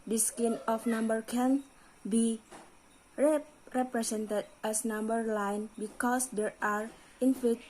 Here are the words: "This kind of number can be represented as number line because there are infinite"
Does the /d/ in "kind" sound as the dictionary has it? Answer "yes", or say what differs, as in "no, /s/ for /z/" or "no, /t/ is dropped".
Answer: no, /d/ is dropped